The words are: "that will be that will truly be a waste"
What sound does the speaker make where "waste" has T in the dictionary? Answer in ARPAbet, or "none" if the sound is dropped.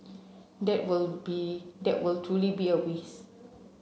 none